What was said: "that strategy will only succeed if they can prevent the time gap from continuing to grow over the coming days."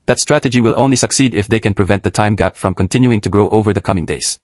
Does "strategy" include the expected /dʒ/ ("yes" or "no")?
yes